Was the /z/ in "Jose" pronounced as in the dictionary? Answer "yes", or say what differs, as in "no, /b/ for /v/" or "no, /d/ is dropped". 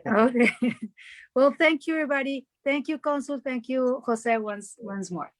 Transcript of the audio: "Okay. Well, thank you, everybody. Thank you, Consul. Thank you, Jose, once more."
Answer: no, /s/ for /z/